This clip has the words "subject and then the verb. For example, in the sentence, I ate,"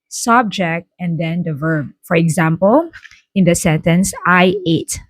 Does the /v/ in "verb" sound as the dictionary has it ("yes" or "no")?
yes